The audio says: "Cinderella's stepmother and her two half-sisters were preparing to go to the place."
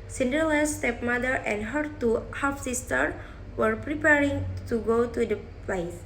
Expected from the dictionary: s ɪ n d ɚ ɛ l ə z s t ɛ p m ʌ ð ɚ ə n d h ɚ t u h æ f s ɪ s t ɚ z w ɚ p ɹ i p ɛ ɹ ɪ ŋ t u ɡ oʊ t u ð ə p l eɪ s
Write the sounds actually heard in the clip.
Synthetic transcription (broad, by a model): s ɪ n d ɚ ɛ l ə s t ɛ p m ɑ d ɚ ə n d h ɚ t u h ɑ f s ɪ s t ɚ w ɚ p ɹ i p ɛ ɹ ɪ ŋ t u ɡ oʊ t u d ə p l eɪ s